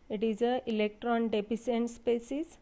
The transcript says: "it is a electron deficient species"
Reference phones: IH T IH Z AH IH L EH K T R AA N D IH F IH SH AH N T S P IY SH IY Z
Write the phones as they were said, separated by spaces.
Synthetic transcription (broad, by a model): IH T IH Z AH IH L EH K T R AA N D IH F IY S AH N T S P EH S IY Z